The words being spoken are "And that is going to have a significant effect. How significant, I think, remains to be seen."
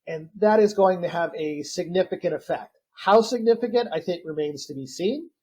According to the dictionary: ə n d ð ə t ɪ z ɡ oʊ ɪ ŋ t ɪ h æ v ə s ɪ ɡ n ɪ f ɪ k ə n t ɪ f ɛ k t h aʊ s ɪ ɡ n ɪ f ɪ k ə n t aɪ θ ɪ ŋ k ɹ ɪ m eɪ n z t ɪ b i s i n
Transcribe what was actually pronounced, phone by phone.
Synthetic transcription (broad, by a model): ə n ð ə t ɪ z ɡ oʊ ɪ ŋ t ɪ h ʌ v ə s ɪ ɡ n ɪ f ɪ k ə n t ɪ f ɛ k t h aʊ s ɪ ɡ n ɪ f ɪ k ə n t aɪ θ ɪ ŋ k ɹ ɪ m eɪ n z t ɪ b i s i n